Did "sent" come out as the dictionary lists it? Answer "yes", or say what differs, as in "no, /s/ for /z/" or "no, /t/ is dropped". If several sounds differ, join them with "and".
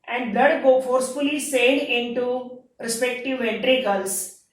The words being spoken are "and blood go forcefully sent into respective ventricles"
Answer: no, /t/ is dropped